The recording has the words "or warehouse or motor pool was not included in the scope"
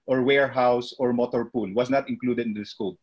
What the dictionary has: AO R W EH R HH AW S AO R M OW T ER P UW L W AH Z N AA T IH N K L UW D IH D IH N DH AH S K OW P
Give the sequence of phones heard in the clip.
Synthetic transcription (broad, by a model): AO R W EH R HH AW S AO R M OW T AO P UW L W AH S N AA T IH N K L UW D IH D IH N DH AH S K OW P